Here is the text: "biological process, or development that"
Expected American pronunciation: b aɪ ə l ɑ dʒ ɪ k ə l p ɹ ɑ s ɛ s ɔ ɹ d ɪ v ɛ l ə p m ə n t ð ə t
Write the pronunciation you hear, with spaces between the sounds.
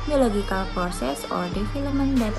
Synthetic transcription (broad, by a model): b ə l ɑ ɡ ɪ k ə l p ɹ s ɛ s ɔ ɹ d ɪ f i l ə m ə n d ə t